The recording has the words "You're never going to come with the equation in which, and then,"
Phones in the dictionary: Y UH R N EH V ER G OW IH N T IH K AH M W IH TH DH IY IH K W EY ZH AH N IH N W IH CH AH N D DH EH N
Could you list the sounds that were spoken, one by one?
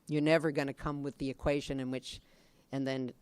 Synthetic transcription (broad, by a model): Y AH R N EH V ER G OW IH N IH K AH M W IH DH IY IH K W EY ZH AH N IH N W IH CH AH N DH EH N